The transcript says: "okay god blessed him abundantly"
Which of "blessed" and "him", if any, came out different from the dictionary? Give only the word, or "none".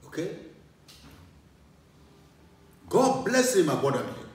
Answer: blessed